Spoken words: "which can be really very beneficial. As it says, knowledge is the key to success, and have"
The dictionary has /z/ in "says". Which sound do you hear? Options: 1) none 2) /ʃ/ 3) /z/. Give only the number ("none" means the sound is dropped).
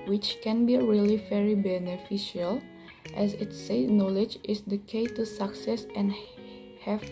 1